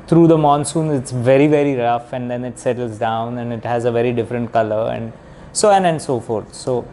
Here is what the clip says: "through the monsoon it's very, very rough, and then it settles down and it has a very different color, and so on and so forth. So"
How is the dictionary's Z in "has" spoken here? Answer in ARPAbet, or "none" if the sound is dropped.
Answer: Z